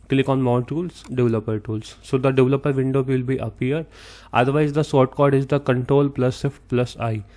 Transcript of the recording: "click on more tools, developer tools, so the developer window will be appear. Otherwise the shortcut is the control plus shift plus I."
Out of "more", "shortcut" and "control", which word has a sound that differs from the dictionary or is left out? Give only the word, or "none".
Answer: shortcut